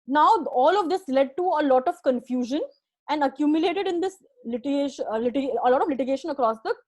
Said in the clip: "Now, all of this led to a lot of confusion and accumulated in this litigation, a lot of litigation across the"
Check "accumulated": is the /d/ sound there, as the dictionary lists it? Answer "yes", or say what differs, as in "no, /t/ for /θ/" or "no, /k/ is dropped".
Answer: yes